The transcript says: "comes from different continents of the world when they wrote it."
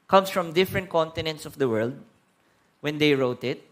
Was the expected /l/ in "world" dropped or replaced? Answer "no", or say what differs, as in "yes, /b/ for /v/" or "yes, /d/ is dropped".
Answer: no